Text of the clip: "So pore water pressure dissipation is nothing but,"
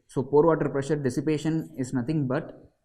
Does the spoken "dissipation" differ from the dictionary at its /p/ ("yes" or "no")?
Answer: no